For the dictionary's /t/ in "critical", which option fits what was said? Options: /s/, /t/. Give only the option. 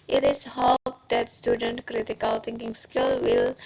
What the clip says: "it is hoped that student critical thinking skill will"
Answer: /t/